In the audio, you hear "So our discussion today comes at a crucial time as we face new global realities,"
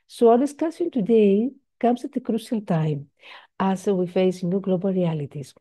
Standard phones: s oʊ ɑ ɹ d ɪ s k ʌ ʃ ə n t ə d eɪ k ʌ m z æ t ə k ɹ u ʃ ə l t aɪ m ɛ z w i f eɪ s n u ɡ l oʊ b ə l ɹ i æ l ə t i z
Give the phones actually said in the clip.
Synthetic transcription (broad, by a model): s oʊ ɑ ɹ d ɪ s k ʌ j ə n t ə d eɪ k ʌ m s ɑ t ə k ɹ u ʃ ə l t aɪ m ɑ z w i f eɪ s n u ɡ l oʊ b ə l ɹ i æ l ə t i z